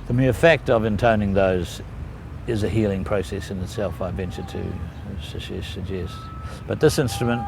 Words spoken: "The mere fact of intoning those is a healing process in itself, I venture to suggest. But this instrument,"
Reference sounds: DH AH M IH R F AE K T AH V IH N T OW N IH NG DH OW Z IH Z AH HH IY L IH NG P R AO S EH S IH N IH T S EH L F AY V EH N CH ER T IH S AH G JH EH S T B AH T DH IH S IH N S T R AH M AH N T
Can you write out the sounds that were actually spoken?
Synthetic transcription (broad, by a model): DH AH M IH R F AE K T AH V IH N T OW N IH NG DH OW Z IH Z AH HH IY L IH NG P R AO S EH S IH N IH T S EH L F AY V EH N CH ER T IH S AH G JH EH S T B AH T DH IH S IH N S T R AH M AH N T